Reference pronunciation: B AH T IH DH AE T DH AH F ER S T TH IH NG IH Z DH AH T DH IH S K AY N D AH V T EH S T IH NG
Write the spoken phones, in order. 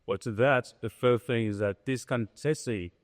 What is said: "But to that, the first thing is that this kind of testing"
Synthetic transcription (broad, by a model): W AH T IH DH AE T DH AH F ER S TH IH NG IH Z DH AH T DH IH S K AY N T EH S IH